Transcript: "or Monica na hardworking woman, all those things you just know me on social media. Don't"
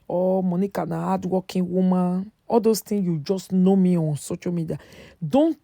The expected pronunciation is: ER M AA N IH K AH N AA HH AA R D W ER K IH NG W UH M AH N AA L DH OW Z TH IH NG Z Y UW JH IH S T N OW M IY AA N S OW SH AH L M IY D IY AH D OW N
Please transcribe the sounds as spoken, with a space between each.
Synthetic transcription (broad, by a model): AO M AA N IH K AH N AA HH AA D W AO K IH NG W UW M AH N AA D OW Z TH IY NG Y UW JH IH S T N OW M IY AA N S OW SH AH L M IY D IY AH D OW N